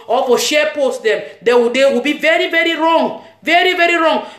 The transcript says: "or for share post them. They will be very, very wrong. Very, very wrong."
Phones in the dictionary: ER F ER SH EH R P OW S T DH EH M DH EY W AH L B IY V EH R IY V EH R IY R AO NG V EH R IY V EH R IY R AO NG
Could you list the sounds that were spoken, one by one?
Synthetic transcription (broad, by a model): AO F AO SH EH P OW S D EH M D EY W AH W B IY V EH R IY V EH R IY R AO NG V EH R IY V EH R IY R AO NG